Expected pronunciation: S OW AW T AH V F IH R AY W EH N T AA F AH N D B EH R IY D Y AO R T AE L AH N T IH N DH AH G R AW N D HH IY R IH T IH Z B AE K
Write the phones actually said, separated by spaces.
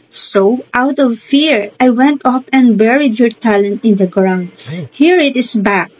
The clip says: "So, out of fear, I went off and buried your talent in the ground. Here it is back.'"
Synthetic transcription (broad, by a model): S OW AW T AH V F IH R AY W EH N T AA P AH N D B EH R IY D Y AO R T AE L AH N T IH N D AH G R AW N D HH IY R IH T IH S B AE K